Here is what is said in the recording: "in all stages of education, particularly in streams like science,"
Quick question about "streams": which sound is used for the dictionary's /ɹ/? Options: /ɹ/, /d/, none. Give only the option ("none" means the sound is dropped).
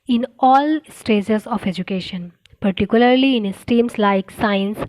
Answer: none